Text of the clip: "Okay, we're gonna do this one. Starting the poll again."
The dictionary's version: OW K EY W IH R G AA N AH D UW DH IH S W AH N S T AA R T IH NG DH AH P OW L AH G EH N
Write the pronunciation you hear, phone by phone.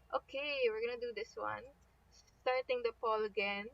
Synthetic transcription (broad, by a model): OW K EY W IH R G AA N AH D UW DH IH S W AH N S T AA R T IH NG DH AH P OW L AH G EH N